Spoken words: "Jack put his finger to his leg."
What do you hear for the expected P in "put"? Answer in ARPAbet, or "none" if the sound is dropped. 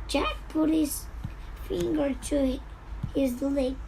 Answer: P